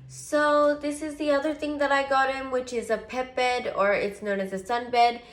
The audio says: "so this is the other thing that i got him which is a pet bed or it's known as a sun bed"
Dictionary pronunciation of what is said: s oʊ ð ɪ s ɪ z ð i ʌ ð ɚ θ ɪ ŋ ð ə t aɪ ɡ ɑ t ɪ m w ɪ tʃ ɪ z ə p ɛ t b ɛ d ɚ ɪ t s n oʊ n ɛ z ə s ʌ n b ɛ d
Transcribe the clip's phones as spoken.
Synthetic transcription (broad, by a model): s oʊ ð ɪ s ɪ z ð i ʌ ð ɚ θ ɪ ŋ ð ə t aɪ ɡ ɑ t ɪ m w ɪ tʃ ɪ z ə p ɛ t b ɛ d ɚ ɪ t s n oʊ n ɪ z ə s ʌ n b ɛ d